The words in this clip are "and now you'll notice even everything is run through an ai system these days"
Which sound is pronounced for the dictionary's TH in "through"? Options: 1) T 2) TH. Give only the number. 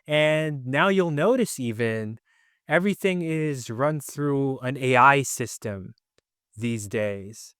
2